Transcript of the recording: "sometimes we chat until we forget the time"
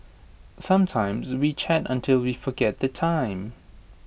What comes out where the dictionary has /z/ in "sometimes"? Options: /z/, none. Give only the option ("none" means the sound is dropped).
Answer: /z/